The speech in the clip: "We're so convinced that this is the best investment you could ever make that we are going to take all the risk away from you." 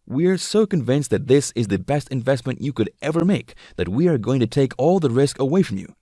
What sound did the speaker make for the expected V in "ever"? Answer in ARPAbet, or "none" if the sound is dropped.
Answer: V